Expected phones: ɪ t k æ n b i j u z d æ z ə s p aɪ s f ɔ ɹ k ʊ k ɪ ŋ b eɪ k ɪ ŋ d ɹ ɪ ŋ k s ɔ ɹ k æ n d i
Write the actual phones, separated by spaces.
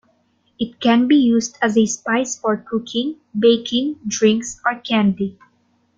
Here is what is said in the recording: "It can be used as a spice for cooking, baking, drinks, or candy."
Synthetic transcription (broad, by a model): ɪ t k æ n b i j u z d æ z ə s p aɪ s f ɔ ɹ k ʊ k ɪ ŋ b eɪ k ɪ ŋ d ɹ ɪ ŋ k s ɔ ɹ k æ n d i